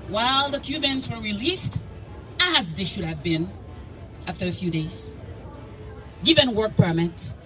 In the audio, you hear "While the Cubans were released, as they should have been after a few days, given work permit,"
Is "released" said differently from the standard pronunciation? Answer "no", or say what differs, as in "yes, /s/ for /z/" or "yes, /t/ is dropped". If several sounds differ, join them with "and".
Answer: no